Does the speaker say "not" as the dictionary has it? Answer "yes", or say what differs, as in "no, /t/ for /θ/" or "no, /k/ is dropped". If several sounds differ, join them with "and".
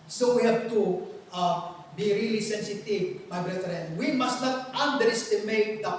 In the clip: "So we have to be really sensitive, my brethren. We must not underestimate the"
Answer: no, /l/ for /n/